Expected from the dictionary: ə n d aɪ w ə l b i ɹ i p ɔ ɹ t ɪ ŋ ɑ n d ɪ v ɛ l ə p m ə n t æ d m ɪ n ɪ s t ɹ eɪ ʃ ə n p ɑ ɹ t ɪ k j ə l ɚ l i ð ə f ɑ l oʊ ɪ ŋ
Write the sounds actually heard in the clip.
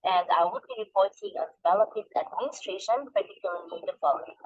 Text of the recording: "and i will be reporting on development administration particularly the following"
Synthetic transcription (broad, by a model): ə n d aɪ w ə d b i ɹ i p ɔ ɹ t ɪ ŋ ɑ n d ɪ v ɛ l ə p ə t æ d m ɪ n ɪ s t ɹ eɪ ʃ ə n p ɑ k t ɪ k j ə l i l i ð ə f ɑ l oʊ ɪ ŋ